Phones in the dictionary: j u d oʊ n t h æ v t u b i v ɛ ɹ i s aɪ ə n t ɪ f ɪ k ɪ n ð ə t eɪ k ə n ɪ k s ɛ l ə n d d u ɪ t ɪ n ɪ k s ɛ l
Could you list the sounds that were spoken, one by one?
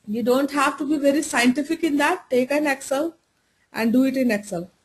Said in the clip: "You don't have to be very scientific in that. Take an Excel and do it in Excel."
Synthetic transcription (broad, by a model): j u d oʊ n t h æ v t u b i v ɛ ɹ i s aɪ ə n t ɪ f ɪ k ɪ n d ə t eɪ k ə n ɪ k s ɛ l ə n d d u ɪ t ɪ n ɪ k s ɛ l